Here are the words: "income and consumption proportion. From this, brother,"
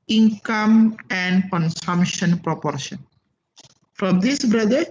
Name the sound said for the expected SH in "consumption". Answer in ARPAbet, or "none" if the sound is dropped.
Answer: SH